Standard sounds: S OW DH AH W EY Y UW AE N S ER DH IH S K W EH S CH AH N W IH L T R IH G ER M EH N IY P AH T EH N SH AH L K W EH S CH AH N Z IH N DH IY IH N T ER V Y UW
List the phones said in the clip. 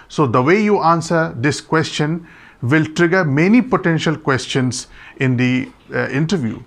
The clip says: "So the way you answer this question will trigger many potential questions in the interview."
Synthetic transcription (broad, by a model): S OW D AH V EY Y UW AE N S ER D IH S K W EH S CH AH N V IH L T R IH G ER M EH N IY P AH T EH N SH AH L K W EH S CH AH N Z IH N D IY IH N T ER V Y UW